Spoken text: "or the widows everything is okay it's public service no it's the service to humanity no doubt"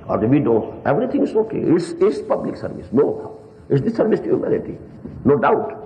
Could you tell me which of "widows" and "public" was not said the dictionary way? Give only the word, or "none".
widows